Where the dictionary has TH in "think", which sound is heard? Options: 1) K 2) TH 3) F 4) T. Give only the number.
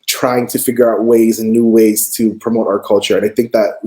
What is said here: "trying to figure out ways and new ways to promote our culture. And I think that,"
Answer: 2